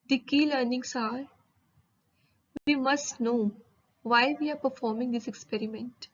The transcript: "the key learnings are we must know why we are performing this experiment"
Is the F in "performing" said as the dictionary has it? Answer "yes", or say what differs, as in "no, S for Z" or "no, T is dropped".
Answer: yes